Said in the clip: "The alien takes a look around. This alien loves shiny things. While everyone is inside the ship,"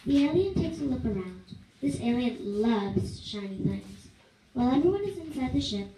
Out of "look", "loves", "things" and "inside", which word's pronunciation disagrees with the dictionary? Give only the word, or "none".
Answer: none